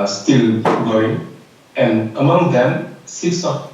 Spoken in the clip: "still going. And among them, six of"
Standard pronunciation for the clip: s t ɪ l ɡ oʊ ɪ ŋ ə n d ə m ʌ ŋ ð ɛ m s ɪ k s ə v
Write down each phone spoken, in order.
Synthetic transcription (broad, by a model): s t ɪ l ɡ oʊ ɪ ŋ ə n ə m ʌ ŋ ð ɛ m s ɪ s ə